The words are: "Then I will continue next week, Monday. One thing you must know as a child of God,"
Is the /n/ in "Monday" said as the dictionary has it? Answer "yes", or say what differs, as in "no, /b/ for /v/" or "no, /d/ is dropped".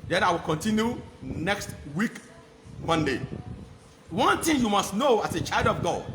yes